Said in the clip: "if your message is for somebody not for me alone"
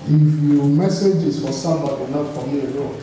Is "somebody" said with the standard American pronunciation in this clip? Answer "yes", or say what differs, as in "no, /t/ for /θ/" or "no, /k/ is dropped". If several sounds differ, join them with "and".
no, /m/ is dropped